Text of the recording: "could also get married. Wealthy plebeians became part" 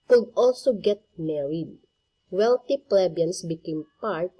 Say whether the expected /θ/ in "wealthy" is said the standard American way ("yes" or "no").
no